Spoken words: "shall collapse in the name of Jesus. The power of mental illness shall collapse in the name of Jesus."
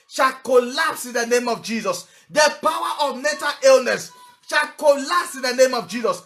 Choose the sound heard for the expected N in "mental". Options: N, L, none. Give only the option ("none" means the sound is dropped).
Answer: none